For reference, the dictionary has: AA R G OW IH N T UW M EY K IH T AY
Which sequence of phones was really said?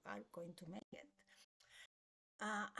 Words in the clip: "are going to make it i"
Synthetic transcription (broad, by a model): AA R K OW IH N T UW M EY IH T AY